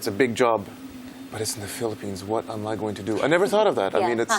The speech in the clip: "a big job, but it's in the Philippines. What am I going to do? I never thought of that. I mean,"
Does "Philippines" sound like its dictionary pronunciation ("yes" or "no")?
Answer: yes